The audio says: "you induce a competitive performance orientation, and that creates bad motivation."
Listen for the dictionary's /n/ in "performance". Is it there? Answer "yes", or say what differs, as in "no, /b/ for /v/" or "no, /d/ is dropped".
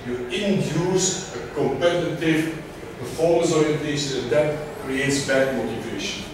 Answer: no, /n/ is dropped